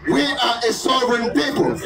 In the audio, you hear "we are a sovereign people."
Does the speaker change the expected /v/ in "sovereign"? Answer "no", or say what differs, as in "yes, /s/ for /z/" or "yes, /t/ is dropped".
yes, /v/ is dropped